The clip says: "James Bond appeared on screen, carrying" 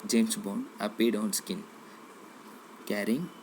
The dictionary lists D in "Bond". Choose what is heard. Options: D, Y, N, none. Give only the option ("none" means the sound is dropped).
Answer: none